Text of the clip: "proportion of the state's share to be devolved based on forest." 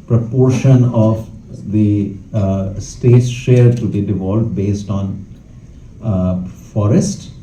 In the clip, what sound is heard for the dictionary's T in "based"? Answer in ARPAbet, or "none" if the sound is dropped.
T